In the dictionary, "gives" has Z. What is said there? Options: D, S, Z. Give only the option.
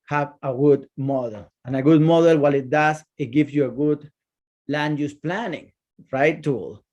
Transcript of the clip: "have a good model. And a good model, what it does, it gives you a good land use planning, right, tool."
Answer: S